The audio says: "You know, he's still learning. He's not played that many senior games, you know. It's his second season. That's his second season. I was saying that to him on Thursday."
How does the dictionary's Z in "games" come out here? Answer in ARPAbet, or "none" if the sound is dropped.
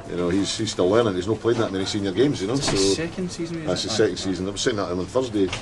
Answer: Z